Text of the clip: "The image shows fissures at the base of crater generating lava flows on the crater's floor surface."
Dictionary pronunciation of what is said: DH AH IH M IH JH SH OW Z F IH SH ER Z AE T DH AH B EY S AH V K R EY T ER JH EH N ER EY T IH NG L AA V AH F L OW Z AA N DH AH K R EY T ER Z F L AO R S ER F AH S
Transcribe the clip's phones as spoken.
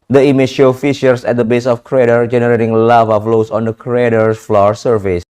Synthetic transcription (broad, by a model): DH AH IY M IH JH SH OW F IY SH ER S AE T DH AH B EY S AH F K R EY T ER JH EH N ER EY T IH NG L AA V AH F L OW S AA N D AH K R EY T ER F L AO R S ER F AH S